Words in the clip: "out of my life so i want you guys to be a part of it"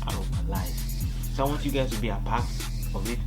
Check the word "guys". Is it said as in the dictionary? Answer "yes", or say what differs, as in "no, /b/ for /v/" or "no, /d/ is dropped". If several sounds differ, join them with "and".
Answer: no, /z/ is dropped